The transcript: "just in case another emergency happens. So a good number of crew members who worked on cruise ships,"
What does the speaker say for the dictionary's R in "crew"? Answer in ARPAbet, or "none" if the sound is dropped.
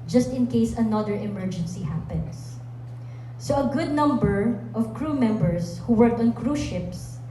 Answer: R